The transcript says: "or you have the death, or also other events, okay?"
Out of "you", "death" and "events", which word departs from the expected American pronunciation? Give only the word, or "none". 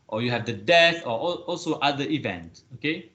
events